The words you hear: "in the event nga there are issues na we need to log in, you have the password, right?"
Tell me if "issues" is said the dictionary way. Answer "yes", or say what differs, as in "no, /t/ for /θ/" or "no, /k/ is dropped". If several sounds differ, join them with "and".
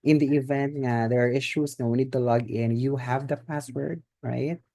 no, /s/ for /z/